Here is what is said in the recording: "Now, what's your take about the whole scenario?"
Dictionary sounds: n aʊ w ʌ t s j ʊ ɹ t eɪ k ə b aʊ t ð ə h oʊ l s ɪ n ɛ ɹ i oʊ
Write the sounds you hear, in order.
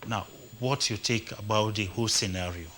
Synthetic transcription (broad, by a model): n aʊ w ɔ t j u t eɪ k ə b aʊ t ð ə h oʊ s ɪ n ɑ ɹ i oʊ